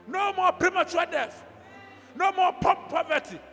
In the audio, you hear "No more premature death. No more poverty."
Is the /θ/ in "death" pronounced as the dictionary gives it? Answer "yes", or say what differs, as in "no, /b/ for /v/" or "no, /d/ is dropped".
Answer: no, /f/ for /θ/